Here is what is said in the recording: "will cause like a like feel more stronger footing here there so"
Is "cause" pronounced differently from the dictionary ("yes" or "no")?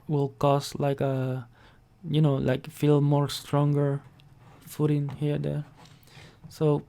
yes